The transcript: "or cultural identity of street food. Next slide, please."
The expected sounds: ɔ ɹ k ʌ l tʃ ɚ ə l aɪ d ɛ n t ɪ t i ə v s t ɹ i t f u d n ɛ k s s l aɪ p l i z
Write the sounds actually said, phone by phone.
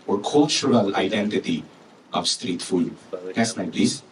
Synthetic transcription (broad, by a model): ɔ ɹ k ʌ l tʃ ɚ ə l aɪ d ɛ n t ɪ t i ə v s t ɹ i t f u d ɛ s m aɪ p l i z